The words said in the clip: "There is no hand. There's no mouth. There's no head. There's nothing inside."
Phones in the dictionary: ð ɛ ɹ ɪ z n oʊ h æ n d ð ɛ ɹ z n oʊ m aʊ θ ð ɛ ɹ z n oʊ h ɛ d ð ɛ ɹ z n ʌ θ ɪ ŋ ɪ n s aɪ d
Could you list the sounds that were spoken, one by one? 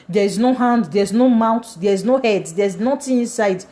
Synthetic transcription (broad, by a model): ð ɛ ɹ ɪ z n oʊ h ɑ n d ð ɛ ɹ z n oʊ m aʊ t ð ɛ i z n oʊ h ɛ d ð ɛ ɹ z n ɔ t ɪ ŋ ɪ n s aɪ d